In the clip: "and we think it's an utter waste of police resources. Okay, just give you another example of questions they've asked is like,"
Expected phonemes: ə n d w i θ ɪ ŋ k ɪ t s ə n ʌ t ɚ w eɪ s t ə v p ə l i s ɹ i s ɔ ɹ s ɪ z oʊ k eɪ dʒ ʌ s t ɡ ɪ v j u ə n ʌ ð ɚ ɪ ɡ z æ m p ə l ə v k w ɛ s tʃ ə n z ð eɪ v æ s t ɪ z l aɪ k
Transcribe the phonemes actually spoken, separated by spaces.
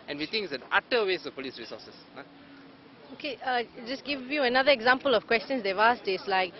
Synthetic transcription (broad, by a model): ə n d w i t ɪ ŋ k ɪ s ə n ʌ t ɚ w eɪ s ə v p ə l i s ɹ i s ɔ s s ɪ oʊ k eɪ dʒ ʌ s ɡ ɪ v j u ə n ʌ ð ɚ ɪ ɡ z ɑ m p ə l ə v k w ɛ s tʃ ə n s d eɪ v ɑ s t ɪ s l aɪ k